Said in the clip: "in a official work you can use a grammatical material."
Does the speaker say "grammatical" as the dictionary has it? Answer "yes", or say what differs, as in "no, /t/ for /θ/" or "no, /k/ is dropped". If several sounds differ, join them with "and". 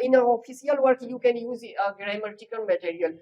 no, /n/ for /l/